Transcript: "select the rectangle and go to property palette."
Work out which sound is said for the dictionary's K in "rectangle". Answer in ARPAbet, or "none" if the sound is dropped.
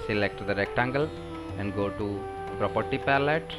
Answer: K